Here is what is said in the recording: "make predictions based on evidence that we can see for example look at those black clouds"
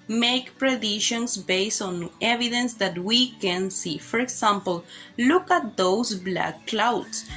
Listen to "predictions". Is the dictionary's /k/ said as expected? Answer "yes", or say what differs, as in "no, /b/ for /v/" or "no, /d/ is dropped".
no, /k/ is dropped